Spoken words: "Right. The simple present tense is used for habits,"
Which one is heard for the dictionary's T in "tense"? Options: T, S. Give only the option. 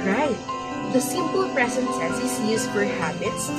S